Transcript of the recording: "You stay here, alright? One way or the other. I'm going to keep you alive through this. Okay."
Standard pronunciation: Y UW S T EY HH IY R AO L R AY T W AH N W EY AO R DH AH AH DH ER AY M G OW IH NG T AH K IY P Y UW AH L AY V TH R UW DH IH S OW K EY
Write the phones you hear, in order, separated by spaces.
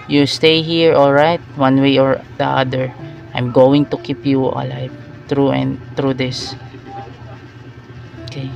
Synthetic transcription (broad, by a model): Y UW S T EY HH IY R AO L R AY T W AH N W EY AO R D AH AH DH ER AY M G OW IH NG T AH K IY P Y UW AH L AY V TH R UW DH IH S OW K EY